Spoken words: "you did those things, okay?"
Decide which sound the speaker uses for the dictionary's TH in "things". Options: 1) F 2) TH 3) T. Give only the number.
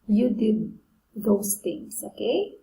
3